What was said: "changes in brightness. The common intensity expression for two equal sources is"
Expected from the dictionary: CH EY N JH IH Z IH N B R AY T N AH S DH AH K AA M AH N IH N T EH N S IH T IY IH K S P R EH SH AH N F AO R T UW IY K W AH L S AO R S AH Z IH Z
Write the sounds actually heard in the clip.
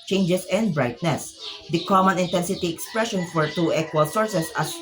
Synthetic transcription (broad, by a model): CH EY N JH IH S IH N B R AY T N AH S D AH K AA M AH N IH N T EH N S IH T IY IH K S P R EH SH AH N F AO R T UW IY K W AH L S AO R S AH S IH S